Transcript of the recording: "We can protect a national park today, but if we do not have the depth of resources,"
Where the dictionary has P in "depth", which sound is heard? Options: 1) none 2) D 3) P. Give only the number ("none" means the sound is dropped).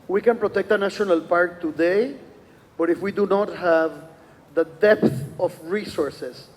3